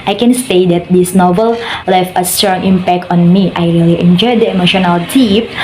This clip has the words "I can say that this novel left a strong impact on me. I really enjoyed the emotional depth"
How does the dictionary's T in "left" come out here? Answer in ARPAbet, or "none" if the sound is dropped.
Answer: none